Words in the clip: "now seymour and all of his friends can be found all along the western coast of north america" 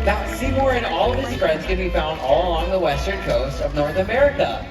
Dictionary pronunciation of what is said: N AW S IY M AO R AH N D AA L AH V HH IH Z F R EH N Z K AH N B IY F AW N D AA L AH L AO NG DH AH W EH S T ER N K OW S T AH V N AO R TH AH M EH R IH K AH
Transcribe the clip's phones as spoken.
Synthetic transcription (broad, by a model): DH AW S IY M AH R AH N AA L AH V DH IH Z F R EH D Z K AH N B IY F AW N D AA L AH L AO NG DH AH W EH S T ER N K OW S T AH V N AO R TH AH M EH R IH K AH